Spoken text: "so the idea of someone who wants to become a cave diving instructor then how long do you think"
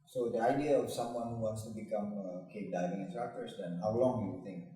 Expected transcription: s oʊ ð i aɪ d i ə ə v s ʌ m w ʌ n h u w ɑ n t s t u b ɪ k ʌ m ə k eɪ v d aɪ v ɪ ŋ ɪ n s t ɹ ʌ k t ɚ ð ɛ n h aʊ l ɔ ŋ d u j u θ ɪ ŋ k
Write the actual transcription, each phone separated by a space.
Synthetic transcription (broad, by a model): s oʊ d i aɪ d i ə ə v s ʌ m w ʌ n h u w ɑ n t s t u b ɪ k ʌ m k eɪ p d aɪ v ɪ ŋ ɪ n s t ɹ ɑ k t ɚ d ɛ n h aʊ l ɔ ŋ d u j u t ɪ ŋ k